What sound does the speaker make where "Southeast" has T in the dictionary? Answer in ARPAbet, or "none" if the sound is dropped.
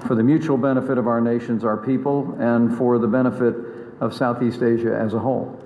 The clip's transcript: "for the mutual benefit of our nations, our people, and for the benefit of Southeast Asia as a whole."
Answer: T